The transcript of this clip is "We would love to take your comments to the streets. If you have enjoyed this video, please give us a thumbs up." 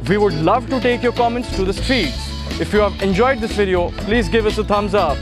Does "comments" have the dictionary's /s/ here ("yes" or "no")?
yes